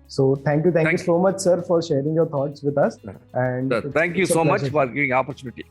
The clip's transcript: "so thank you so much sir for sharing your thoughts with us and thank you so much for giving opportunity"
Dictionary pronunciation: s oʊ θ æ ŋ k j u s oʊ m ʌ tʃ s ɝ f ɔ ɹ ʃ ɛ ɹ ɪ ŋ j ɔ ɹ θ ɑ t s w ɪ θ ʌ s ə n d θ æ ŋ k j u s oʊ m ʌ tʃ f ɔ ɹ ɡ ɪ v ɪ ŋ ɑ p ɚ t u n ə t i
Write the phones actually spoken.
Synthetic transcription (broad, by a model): s oʊ t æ ŋ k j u s oʊ m ʌ tʃ s ɝ f ɔ ɹ ʃ ɛ ɹ ɪ ŋ j ɔ ɹ t ɑ t s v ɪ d ʌ s ə n d t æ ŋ k j u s oʊ m ʌ tʃ f ɔ ɹ ɡ ɪ v ɪ ŋ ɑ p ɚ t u n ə t i